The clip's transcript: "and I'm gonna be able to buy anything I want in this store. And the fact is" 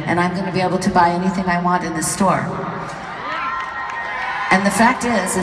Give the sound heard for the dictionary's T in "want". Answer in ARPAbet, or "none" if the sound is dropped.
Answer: T